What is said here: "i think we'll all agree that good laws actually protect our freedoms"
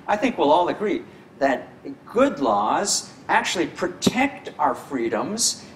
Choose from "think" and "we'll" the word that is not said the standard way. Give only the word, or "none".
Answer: none